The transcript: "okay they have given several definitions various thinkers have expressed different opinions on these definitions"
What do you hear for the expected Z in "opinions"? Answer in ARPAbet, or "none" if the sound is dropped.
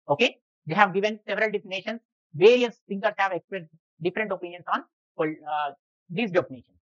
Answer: S